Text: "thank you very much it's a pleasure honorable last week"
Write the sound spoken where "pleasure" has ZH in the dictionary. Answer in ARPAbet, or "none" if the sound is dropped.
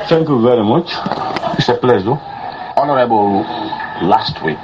Z